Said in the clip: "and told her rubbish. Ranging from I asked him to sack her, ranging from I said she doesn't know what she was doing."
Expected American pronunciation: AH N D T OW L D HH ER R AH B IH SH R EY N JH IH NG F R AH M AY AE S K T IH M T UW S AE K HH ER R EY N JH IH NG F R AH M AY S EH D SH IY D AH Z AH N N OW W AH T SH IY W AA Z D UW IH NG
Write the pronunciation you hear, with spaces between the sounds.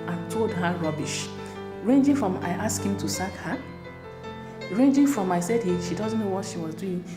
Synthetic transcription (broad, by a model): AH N T OW L D HH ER R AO B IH SH R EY N JH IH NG F R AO M AY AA S K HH IH M T UW S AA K HH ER R EY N JH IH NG F R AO M AY S EH D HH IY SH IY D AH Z N OW W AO T SH IY W AA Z D UW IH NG